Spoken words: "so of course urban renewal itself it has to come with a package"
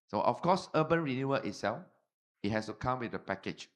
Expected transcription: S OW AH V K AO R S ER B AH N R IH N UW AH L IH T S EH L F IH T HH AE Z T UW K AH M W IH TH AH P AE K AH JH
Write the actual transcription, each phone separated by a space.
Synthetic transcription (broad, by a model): S OW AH F K AO S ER B AH N R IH N UW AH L IH T S EH L F IH T HH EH S T UW K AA M W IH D AH P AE K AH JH